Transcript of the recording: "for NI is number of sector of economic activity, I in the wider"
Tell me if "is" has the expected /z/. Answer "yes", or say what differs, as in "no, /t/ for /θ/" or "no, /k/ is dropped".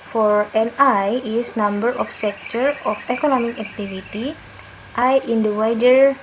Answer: no, /s/ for /z/